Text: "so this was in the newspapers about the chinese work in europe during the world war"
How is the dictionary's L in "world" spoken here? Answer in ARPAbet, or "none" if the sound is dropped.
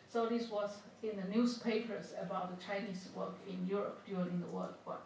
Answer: L